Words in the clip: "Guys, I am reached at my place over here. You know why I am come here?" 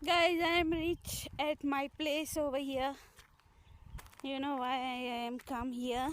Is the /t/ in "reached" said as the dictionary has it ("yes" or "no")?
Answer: no